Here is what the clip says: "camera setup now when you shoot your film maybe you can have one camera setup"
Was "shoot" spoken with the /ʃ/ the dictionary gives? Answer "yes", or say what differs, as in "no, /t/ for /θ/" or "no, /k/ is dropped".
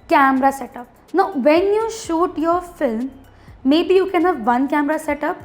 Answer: yes